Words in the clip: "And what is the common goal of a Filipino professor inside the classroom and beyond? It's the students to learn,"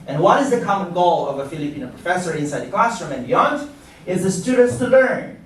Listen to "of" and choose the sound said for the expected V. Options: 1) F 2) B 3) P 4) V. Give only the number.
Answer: 4